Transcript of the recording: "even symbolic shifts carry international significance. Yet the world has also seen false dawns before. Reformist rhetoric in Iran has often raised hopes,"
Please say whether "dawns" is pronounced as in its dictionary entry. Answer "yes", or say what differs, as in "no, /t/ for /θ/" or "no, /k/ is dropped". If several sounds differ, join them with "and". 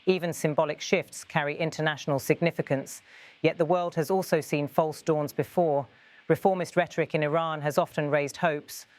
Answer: yes